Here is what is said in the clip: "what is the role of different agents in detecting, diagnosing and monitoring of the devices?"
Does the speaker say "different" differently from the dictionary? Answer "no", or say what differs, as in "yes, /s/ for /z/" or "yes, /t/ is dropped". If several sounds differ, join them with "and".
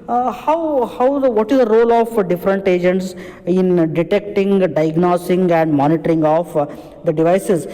no